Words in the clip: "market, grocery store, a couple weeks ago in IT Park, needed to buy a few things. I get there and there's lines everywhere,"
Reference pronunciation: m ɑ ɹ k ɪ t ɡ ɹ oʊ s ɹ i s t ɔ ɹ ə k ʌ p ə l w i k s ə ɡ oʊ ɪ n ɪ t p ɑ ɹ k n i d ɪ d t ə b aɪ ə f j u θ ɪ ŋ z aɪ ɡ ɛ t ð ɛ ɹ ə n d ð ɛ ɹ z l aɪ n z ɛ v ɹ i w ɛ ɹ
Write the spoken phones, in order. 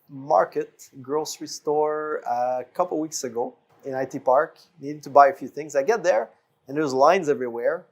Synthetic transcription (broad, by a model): m ɑ ɹ k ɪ t ɡ ɹ oʊ s ɹ i s t ɔ ɹ ə k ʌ p l w i k s ə ɡ oʊ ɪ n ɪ t p ɑ ɹ k n i d ɪ d t ə b aɪ ə f j u θ ɪ ŋ z aɪ ɡ ɛ t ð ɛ ɹ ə n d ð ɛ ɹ z l aɪ n z ɛ v ɹ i w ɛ ɹ